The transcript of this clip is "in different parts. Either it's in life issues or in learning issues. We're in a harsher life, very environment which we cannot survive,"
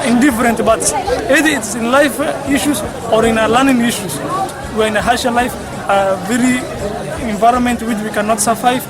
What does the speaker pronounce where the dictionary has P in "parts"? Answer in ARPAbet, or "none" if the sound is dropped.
B